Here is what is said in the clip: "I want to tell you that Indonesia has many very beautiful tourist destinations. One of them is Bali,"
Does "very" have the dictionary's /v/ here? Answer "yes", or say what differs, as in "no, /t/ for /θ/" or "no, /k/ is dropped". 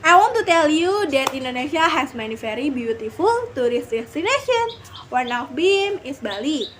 no, /f/ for /v/